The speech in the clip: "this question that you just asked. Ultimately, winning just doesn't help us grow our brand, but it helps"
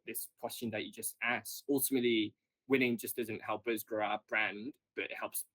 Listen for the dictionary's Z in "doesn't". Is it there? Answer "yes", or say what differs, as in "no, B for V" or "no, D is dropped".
yes